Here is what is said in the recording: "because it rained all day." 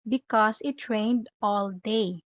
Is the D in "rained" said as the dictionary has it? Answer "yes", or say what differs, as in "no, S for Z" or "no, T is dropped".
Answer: yes